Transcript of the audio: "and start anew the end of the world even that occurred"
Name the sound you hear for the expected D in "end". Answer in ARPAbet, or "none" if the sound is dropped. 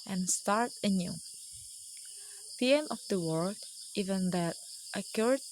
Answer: none